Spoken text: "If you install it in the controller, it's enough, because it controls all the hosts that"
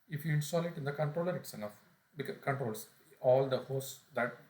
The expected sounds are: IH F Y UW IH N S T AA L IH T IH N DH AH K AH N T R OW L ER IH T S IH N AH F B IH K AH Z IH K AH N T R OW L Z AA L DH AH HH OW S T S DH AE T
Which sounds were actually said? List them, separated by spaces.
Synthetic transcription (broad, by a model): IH F Y UW IH N S T AA L IH T IH N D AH K AH N T R OW L ER IH T S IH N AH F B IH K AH K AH N T R OW L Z AA L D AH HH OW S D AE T